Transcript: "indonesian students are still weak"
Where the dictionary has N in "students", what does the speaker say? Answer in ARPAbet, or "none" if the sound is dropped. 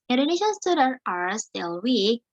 none